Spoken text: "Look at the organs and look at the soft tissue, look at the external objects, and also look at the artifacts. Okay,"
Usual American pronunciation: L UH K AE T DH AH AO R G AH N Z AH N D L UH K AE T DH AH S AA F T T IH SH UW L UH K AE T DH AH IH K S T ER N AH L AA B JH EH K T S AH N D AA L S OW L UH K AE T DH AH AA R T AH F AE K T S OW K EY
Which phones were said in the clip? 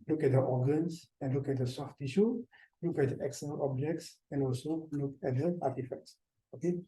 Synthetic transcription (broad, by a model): L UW K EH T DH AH AO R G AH N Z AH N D L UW K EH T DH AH S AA F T T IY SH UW L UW K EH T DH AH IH K S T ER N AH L AA B JH EH K T S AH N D AA L S OW L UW K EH T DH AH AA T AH F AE K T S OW K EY